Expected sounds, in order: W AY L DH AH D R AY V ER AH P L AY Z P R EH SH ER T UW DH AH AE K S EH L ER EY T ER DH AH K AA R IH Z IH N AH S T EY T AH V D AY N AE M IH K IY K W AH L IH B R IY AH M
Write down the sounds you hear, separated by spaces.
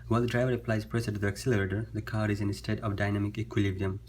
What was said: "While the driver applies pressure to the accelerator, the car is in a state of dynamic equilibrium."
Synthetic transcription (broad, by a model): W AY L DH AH D R AY V ER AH P L AY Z P R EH S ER T UW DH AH AE K S EH L ER EY T ER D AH K AA R IH Z IH N AH S T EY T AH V D AY N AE M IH K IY K W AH L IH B R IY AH M